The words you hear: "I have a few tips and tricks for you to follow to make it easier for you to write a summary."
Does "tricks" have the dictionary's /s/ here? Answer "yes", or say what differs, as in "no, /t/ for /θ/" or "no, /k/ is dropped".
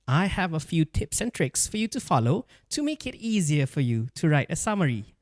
yes